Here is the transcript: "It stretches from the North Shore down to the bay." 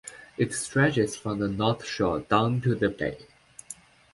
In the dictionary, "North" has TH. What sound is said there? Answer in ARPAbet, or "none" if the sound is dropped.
TH